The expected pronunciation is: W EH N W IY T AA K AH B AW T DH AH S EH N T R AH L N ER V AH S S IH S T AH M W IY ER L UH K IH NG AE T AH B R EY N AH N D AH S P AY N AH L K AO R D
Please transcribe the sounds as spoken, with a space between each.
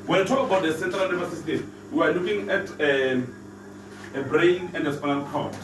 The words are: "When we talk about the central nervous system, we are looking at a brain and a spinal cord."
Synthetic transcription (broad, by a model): W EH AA T AA K AH B AW T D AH S EH N T R AH L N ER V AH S S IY S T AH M W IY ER L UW K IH NG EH T AH B R EY N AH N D AH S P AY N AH N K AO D